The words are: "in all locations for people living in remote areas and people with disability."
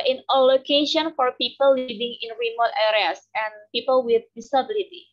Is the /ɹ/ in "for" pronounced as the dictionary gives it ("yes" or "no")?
yes